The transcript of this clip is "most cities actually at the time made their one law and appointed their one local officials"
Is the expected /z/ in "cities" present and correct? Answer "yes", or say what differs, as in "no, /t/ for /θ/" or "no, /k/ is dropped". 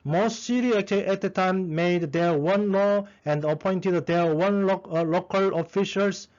no, /z/ is dropped